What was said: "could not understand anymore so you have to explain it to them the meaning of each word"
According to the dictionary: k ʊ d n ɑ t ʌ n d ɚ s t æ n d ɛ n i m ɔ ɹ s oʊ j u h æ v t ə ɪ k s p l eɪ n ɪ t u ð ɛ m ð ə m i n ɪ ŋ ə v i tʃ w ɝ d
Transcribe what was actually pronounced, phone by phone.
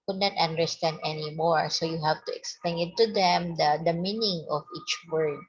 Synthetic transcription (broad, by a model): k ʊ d n ɑ t ʌ n d ɚ s t æ n d ɛ n i m ɔ ɹ s oʊ j u h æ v t ə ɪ k s p l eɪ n ɪ t u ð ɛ m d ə m i n ɪ ŋ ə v i tʃ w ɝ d